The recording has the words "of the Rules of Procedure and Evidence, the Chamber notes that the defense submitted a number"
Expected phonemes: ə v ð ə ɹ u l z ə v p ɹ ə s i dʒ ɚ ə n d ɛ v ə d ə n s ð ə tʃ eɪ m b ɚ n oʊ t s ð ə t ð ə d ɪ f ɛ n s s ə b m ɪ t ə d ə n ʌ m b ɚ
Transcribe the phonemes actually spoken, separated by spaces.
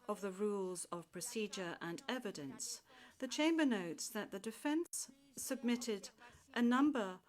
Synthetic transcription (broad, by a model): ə v ð ə ɹ u l z ə v p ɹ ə s i dʒ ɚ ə n ɛ v ə d ə n s ð ə tʃ eɪ m b ɚ n oʊ t s ð ə t ð ə d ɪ f ɛ n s s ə b m ɪ t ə d ə n ʌ m b ɚ